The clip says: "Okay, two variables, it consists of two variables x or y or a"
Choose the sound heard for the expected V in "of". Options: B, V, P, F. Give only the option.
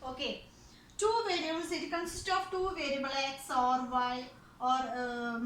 P